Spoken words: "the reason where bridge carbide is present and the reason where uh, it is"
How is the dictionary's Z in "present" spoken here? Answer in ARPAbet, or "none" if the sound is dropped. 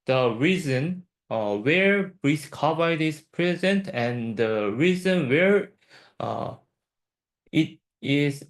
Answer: Z